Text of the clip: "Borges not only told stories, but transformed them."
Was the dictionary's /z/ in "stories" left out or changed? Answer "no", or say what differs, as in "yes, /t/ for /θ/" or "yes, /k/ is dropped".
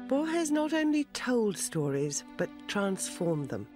no